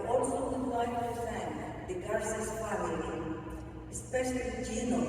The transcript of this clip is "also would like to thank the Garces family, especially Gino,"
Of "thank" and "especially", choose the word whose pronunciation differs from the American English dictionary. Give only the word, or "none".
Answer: thank